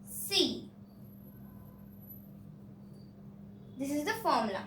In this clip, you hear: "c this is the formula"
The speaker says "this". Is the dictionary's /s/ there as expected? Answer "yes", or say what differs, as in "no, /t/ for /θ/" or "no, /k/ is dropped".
yes